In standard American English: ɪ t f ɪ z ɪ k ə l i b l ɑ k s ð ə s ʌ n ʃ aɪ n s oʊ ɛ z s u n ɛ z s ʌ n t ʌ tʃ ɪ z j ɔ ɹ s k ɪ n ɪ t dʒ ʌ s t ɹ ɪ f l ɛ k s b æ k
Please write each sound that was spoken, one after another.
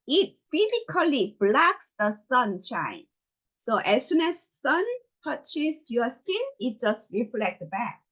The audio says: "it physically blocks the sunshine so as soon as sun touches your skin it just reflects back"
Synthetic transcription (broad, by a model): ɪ t f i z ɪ k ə l i b l ɑ k s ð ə s ʌ n ʃ aɪ n s oʊ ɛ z s u n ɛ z s ʌ n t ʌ tʃ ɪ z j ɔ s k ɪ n ɪ t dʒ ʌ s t ɹ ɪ f l ɛ k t b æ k